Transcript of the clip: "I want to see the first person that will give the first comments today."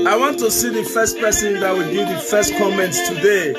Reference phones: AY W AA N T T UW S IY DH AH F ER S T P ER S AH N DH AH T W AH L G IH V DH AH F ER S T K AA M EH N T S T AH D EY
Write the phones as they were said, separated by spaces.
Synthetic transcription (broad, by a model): AY W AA N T T UW S IY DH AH F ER S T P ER S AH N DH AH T W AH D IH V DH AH F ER S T K AA M EH N T S T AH D EY